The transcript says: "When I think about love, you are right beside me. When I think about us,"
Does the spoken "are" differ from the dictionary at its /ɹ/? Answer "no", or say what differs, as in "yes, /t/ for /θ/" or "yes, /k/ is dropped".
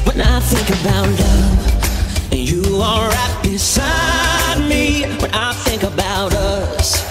yes, /l/ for /ɹ/